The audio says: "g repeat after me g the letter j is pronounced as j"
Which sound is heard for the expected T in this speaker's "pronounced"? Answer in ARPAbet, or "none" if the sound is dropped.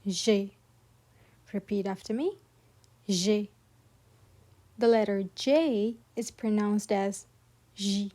T